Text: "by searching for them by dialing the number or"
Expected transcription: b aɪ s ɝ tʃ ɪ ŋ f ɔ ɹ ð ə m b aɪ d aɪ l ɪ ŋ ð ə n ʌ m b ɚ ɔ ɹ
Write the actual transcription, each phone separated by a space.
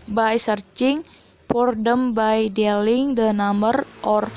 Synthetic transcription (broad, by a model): b aɪ s ɝ tʃ ɪ ŋ p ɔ ɹ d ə m b aɪ d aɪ l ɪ ŋ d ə n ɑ m b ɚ ɔ ɹ